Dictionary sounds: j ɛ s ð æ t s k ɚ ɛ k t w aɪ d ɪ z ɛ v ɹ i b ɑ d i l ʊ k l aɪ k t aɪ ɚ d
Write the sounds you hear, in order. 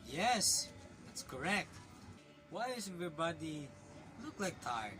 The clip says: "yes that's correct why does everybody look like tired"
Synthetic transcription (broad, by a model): j ɛ s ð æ t s k ɚ ɛ k t w aɪ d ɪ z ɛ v i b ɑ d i l ʊ k l aɪ k t aɪ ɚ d